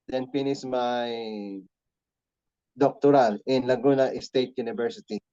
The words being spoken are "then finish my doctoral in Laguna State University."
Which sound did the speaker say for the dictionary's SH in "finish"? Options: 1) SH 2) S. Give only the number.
2